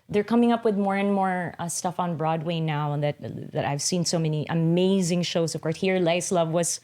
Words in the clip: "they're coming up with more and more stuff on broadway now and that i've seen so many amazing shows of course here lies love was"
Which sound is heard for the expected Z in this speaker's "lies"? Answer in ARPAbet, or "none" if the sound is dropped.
S